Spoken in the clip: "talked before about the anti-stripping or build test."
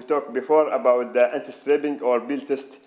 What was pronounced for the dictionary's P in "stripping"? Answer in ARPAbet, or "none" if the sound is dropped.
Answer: B